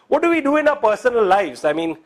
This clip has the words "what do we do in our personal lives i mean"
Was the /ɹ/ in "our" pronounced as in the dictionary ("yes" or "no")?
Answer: no